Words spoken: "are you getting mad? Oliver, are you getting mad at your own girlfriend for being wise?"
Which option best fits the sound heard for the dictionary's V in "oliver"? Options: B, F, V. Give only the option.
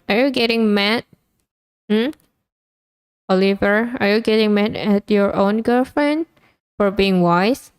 V